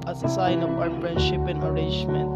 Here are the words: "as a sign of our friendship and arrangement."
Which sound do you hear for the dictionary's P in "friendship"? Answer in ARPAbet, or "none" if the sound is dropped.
P